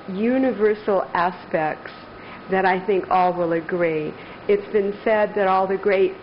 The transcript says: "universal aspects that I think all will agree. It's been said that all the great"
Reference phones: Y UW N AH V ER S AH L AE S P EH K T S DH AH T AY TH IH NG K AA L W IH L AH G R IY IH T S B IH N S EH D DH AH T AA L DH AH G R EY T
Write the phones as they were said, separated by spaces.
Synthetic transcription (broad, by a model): Y UW N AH V ER S L AE S P EH K T S DH AH T AY TH IH NG K AA L W IH L AH G R IY IH T S B IH N S EH D DH AH T AA L DH AH G R EY T